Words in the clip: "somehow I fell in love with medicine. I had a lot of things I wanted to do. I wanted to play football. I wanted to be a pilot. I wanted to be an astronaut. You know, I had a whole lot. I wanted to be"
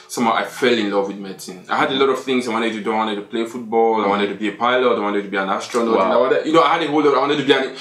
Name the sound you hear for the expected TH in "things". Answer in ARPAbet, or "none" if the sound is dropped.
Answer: TH